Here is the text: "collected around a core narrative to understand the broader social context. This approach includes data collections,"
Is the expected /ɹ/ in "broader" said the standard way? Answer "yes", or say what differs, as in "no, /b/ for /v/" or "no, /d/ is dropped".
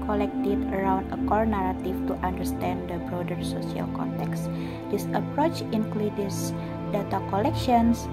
yes